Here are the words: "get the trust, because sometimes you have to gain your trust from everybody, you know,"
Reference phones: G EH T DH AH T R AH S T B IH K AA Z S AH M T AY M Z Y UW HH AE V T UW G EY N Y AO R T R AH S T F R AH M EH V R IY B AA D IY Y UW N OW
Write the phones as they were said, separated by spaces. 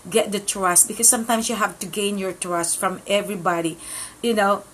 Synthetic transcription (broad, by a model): G EH T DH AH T R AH S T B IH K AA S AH M T AY M S Y UW HH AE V T UW G EY N Y AO R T R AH S T F R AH M EH V R IY B AA D IY Y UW N OW